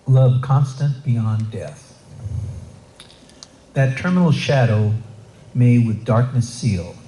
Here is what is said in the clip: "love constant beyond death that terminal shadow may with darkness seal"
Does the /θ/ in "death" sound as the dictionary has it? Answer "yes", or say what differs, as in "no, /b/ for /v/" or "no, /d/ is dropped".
yes